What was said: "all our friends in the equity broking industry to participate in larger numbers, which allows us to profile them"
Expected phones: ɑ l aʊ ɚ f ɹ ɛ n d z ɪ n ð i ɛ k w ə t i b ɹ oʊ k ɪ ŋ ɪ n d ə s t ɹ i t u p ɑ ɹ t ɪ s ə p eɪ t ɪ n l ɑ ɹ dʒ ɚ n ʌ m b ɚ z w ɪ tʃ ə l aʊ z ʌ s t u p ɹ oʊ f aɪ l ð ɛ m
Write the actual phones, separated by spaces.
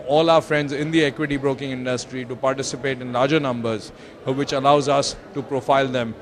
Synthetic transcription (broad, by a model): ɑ l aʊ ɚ f ɹ ɛ n d z ɪ n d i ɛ k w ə t i b ɹ oʊ k ɪ ŋ ɪ n d ə s t ɹ i t u p ɑ ɹ t ɪ s ə p eɪ t ɪ n l ɑ ɹ dʒ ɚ n ʌ m b ɚ z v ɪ tʃ ə l aʊ z ʌ s t u p ɹ oʊ f aɪ l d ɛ m